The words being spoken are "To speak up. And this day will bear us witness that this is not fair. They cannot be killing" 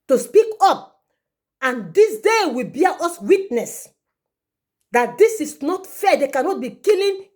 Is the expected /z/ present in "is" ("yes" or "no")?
no